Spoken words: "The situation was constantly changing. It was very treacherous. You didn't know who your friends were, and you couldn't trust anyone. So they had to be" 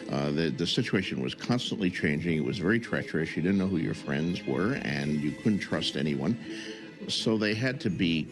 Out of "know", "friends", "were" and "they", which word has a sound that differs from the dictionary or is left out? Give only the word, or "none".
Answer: none